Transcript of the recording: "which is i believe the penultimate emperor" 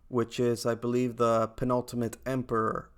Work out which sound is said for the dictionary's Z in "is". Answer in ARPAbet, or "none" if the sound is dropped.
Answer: Z